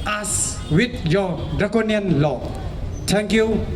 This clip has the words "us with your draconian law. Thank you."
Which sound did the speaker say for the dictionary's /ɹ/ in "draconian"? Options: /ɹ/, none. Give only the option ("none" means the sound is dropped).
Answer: none